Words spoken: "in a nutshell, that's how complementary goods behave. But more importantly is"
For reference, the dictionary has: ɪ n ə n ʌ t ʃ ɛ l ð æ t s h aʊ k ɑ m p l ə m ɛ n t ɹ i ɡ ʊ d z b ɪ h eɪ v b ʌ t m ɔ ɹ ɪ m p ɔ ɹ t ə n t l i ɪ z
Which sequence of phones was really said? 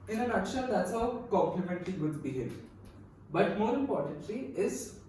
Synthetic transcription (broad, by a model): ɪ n ə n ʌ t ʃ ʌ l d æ t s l k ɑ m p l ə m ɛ n t l i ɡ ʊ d b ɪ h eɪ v b ʌ t m ɔ ɹ ɪ m p ɔ ɹ t ə n t l i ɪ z